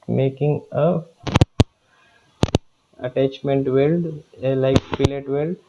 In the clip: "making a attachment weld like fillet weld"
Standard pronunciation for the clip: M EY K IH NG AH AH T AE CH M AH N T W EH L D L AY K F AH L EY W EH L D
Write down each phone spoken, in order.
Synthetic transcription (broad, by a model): M EY K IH NG AH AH T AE CH M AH N T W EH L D L AY K P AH L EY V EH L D